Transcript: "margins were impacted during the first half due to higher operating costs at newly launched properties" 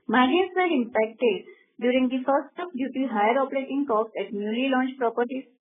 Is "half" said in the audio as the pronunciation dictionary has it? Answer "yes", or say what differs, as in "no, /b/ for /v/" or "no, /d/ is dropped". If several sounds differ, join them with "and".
no, /p/ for /f/